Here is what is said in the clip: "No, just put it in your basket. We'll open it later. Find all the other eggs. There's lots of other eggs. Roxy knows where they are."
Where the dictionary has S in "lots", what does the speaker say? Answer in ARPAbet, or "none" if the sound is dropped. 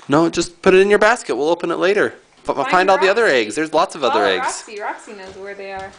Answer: S